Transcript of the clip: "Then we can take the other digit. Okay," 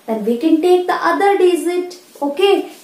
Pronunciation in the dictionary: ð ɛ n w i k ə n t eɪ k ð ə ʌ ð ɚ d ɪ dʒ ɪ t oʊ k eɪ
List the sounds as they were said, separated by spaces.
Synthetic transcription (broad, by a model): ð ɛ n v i k ə n t eɪ k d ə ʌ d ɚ d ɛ z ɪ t oʊ k eɪ